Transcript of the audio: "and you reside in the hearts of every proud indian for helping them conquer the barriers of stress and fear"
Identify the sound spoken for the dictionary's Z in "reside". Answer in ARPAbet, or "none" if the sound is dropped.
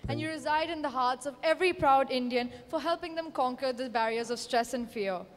Z